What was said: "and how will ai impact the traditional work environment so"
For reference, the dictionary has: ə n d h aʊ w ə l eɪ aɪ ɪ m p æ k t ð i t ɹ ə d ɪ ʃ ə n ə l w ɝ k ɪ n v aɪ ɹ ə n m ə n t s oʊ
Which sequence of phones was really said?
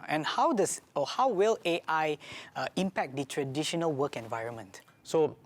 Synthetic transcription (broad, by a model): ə n d h aʊ w ə l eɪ aɪ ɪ m p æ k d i t ɹ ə d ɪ ʃ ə n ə l w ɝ k ɪ n v aɪ ɹ ə n m ə n t s oʊ